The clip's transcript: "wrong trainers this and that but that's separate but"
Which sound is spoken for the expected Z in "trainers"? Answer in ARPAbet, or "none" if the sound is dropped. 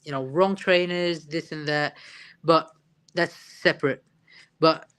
Z